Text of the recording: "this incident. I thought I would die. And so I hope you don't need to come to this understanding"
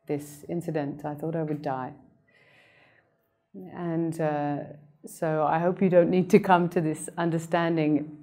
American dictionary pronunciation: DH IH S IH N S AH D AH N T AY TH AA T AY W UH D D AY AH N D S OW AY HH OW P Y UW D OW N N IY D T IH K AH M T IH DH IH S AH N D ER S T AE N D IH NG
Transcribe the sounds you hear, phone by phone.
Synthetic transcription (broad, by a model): DH IH S IH N S AH D AH N T AY TH AA T AY W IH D D AY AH N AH S OW AY HH OW P Y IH D OW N N IY D T IH K AH M T IH DH IH S AH N D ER S T AE N D IH NG